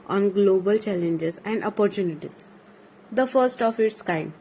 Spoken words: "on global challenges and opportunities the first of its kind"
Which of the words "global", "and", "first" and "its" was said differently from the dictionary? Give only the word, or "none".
none